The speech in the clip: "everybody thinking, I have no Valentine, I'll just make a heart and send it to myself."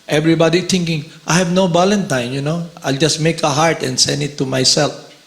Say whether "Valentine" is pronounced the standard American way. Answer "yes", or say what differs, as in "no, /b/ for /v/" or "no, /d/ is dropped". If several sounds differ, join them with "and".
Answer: no, /b/ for /v/